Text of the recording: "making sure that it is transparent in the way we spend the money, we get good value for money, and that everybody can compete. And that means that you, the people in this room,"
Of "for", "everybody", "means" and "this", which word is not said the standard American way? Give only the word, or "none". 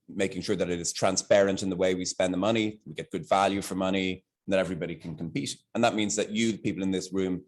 none